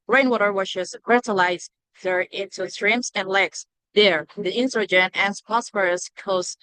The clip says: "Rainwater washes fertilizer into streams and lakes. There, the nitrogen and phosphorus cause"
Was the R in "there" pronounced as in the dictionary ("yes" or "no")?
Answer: yes